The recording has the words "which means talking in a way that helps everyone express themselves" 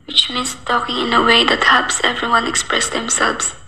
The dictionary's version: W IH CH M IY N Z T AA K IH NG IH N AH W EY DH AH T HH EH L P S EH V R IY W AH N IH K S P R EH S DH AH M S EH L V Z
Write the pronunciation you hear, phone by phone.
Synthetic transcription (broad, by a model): W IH CH M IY N S T AA K IH NG IH N AH W EY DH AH T HH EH P S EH V R IY W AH N IH K S P R EH S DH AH M S EH L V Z